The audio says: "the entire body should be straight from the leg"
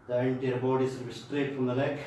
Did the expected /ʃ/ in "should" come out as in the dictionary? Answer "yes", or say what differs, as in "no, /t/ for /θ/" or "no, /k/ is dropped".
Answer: no, /s/ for /ʃ/